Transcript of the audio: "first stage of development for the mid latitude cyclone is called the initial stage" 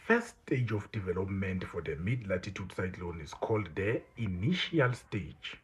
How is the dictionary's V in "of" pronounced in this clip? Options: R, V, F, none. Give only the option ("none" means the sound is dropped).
F